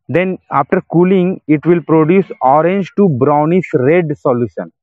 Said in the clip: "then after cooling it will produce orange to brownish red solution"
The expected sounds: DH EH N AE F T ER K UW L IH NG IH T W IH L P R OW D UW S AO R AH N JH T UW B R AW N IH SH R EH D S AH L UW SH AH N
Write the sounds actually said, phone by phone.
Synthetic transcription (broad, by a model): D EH N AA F T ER K UW L IH NG IH T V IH L P R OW D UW S AO R AH N JH T UW B R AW N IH S R EH D S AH L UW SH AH N